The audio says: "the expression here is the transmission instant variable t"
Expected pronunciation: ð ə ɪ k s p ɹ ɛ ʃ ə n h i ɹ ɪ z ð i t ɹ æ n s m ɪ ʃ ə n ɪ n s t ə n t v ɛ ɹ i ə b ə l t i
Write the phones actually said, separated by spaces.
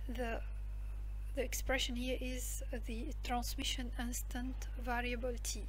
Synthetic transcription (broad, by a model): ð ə ɪ k s p ɹ ɛ ʃ ə n h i ɹ ɪ z ð i t ɹ æ n s m ɪ ʃ ə n ɪ n s t ə n t v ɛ ɹ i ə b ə l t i